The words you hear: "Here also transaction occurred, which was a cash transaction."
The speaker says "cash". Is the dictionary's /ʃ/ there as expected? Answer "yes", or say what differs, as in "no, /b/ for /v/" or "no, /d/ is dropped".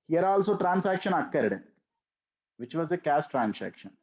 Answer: no, /s/ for /ʃ/